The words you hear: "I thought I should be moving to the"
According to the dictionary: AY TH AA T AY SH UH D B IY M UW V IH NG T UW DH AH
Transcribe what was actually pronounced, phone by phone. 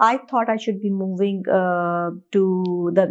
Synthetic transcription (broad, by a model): AY T AA T AY SH UH D B IY M UW V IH NG T UW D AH